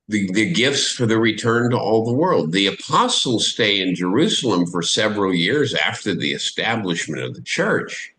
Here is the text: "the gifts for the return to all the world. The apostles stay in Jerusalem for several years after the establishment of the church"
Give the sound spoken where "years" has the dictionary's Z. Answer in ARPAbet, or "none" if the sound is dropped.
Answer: Z